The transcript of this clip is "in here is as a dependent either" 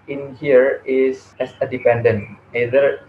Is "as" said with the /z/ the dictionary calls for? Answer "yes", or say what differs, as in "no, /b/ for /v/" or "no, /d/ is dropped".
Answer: no, /s/ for /z/